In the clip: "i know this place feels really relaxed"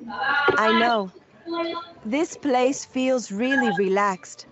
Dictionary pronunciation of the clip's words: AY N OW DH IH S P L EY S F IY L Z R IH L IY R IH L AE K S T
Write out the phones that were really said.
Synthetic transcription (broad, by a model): AY N OW DH IH S P L EY S F IY L Z R IH L IY R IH L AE K S T